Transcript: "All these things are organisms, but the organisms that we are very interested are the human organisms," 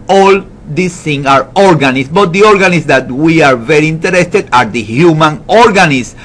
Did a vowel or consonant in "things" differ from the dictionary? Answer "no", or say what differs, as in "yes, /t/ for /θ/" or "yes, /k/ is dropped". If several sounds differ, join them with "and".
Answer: yes, /z/ is dropped